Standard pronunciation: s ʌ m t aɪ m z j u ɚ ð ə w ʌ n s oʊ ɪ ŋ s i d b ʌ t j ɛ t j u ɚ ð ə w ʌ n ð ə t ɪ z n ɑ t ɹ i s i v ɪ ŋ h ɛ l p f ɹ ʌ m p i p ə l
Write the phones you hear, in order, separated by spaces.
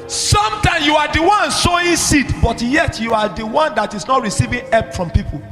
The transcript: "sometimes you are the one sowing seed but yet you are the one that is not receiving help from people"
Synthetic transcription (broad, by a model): s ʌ m t aɪ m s j u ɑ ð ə w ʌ n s oʊ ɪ s i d b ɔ t j ɛ t j u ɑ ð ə w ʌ n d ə t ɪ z n ɑ t ɹ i s i v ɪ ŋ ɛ p f ɹ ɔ m p i p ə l